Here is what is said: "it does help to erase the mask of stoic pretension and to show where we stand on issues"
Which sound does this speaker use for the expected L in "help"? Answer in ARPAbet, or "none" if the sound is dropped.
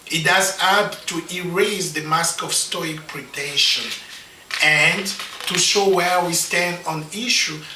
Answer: none